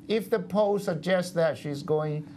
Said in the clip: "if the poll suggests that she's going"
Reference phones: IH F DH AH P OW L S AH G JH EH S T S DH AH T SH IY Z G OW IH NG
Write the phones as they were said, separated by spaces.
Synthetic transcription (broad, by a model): IH F DH AH P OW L S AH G JH EH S S DH AH T SH IY Z G OW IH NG